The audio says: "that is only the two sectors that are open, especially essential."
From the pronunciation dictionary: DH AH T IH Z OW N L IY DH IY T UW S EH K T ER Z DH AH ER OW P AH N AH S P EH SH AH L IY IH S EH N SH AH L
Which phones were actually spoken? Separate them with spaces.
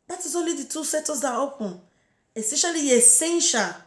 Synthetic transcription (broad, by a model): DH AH T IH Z OW N L IY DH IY T UW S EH T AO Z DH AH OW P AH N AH S EH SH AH L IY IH S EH N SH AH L